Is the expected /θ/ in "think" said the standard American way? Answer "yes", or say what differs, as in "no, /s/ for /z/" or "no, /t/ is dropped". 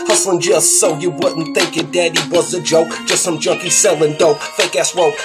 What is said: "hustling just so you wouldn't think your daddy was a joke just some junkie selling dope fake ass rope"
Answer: yes